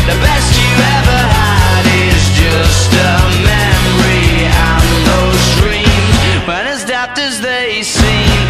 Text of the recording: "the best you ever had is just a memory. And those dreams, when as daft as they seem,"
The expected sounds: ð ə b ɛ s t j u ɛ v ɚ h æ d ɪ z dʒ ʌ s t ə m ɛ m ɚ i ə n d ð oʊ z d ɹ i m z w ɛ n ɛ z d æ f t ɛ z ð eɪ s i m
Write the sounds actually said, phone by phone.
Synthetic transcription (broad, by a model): ð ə b ɛ s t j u ɛ v ɚ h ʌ d ɪ z dʒ ʌ s t ə m ɛ m ɚ i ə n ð oʊ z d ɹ i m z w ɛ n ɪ z d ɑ p t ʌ z ð eɪ s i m